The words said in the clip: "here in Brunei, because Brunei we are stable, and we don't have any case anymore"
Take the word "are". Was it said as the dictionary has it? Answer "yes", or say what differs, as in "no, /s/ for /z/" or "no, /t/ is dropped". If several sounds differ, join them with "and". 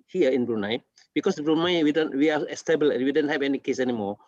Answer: no, /w/ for /ɹ/